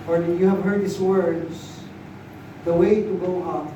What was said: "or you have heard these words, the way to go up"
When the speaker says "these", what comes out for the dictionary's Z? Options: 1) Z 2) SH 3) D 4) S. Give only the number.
4